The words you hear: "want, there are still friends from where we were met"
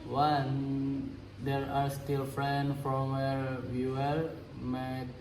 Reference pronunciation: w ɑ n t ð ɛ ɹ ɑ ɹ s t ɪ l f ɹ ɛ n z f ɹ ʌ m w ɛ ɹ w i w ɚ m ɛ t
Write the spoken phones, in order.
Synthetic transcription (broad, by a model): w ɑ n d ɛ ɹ ɑ ɹ s t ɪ l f ɹ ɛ n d f ɹ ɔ m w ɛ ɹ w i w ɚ m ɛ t